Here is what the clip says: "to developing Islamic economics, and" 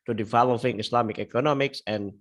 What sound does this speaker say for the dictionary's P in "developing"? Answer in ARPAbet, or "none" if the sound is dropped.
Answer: F